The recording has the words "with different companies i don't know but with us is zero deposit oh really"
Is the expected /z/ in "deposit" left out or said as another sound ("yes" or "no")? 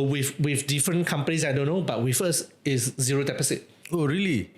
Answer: yes